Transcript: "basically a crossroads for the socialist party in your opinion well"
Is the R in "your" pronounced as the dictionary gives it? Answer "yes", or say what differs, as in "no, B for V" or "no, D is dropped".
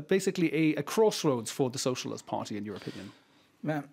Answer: yes